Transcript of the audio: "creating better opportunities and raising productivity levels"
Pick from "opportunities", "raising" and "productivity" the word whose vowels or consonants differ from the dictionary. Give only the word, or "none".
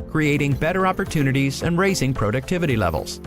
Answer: none